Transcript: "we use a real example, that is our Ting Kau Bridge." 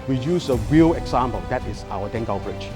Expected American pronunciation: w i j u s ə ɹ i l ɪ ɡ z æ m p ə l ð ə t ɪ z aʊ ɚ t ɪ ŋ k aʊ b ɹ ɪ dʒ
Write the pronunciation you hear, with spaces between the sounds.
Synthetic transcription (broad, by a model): w i j u s ə ɹ i l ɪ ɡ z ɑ m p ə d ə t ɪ s aʊ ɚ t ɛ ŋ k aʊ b ɹ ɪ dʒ